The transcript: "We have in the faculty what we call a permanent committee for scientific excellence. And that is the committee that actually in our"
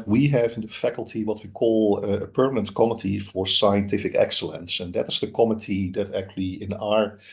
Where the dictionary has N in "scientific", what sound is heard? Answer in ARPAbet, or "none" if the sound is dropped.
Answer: N